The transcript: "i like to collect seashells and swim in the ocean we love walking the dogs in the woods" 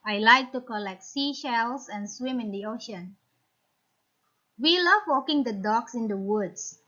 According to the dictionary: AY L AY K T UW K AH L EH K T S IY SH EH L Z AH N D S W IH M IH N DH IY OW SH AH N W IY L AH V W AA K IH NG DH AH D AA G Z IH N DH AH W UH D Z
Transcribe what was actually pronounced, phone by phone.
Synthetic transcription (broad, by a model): AY L AY K T UW K AH L EH K T S IY SH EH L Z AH N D S W IH M IH N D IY OW SH AH N W IY L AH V W AA K IH NG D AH D AA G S IH N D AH W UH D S